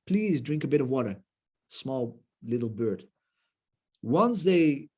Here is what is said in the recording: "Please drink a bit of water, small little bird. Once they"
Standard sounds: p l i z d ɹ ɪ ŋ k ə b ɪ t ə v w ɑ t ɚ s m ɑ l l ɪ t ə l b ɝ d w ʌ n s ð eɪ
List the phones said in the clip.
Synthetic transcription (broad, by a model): p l i z d ɹ ɪ ŋ k ə b ɪ t ə v w ɑ t ɚ s m ɑ l l ɪ t l b ɝ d w ʌ n s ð eɪ